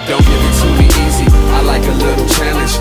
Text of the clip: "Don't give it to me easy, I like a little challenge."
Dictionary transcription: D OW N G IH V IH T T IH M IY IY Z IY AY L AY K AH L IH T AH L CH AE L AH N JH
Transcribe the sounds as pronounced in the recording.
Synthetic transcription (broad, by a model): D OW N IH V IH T S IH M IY IY Z IY AY L AY K AH L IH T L CH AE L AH N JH